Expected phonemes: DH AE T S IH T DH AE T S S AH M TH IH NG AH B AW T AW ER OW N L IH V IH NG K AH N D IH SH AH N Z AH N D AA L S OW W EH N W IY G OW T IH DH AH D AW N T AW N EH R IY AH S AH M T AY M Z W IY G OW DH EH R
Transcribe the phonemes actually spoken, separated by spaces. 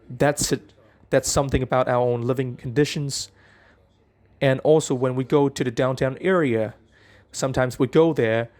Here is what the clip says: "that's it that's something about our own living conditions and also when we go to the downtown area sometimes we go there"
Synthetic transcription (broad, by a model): DH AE T S IH T DH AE T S S AH M TH IH NG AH B AW T AW ER OW N L IH V IH NG K N D IH SH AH N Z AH N AA L S OW W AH N W IY G OW T IH DH AH D AW N T AW N EH R IY AH S AH M T AY M Z W IY G OW DH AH R